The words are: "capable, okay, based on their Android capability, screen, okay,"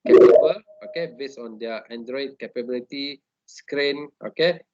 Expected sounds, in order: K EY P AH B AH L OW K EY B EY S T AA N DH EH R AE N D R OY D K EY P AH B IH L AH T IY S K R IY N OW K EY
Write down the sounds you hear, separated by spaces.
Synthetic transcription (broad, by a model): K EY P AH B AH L OW K EY B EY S AA N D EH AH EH N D R OY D K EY P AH B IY L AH T IY S K R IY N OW K EY